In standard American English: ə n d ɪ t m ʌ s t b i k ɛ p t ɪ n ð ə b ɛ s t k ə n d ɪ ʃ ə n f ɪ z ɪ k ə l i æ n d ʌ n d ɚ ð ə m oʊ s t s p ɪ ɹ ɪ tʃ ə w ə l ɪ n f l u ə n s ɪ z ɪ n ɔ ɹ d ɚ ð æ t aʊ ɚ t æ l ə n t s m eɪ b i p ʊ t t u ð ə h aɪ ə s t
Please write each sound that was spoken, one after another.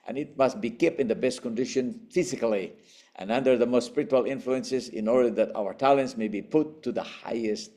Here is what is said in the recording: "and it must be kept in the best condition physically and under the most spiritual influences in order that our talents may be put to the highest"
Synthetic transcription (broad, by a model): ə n ɪ t m ʌ s t b i k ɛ p ɪ n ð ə b ɛ s t k ə n d ɪ ʃ ə n f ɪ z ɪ k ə l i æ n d ʌ n d ɚ ð ə m oʊ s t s p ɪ ɹ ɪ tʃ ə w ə l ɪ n f l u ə n s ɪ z ɪ n ɔ ɹ d ɚ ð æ t aʊ ɚ t æ l ə n t s m eɪ b i p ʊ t t u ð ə h aɪ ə s t